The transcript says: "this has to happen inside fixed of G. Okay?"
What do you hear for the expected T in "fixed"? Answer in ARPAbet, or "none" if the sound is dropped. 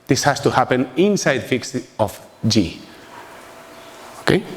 none